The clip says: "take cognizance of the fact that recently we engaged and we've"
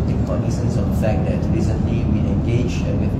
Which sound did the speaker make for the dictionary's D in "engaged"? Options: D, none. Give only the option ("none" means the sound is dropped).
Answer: none